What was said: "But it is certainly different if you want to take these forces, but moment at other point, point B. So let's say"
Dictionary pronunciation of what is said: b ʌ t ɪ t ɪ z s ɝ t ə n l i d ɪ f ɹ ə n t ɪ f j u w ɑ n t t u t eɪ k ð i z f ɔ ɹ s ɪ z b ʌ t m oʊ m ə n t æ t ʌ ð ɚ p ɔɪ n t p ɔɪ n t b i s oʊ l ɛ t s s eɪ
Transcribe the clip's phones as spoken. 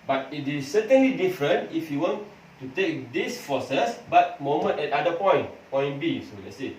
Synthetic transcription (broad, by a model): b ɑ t ɪ t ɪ s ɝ t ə n l i d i f ɹ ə n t ɪ f j u w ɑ n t t u t eɪ k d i s f ɔ s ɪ s b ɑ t m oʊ m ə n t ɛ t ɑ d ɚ p ɔɪ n p ɔɪ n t b i s oʊ l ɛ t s s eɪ